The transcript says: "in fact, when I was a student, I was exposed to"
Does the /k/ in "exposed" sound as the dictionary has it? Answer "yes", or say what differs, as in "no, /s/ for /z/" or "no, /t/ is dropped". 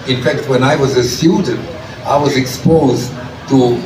yes